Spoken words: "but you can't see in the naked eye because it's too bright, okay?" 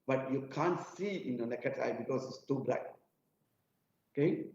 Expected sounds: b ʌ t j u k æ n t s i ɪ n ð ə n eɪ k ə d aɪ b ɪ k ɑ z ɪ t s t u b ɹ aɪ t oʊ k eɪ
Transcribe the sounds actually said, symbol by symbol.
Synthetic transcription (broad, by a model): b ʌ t j u k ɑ n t s i ɪ n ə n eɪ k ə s aɪ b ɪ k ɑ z ɪ t s t u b l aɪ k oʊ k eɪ